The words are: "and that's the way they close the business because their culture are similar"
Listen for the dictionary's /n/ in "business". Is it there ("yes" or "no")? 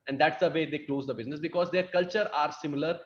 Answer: yes